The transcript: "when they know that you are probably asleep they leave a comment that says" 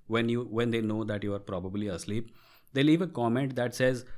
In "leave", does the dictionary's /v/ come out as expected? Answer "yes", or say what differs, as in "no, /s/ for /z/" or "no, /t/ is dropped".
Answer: yes